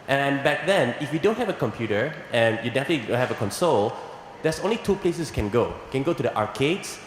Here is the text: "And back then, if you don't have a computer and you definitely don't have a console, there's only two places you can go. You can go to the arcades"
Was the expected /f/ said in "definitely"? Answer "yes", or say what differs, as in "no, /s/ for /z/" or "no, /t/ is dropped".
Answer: yes